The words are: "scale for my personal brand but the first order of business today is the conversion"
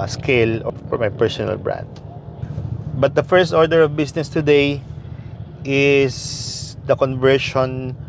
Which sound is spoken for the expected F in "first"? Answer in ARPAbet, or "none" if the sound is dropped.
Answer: F